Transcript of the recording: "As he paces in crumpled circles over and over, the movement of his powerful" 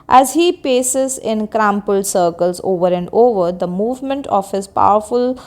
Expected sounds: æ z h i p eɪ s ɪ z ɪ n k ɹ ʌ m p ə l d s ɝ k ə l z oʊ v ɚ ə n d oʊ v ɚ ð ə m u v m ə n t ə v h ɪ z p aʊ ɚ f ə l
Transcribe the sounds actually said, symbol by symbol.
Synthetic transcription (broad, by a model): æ z h i p eɪ s ɪ z ɪ n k ɹ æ m p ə l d s ɝ k ə l z oʊ v ɚ ə n d oʊ v ɚ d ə m u v m ə n t ə v h ɪ z p aʊ ɚ f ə l